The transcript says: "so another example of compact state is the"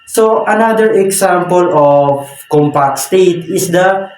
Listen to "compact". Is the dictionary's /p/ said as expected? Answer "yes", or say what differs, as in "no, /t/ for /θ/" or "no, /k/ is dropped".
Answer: yes